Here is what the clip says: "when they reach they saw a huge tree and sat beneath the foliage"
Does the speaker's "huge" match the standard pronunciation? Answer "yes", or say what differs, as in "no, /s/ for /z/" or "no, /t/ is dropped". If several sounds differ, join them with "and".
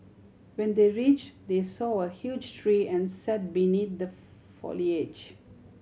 yes